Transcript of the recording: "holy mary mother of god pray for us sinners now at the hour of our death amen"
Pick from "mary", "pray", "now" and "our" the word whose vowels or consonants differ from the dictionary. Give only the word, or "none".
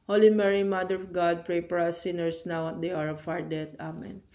none